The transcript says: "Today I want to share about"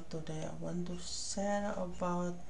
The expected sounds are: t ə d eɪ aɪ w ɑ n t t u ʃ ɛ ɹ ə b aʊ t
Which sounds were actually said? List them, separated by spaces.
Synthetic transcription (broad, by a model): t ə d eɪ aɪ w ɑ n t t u s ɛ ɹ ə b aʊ t